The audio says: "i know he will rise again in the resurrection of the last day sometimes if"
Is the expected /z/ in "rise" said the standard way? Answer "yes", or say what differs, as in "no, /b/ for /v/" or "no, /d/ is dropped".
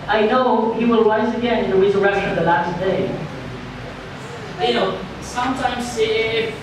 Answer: no, /s/ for /z/